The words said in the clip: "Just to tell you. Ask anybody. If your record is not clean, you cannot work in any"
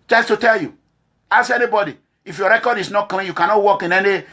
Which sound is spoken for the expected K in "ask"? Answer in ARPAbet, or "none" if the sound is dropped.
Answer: none